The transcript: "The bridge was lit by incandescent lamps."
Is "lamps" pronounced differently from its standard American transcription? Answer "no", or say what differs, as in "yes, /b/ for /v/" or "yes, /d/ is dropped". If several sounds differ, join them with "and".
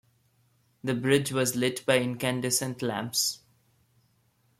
no